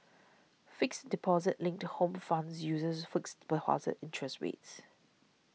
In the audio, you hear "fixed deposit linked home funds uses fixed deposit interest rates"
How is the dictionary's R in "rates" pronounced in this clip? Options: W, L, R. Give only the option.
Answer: W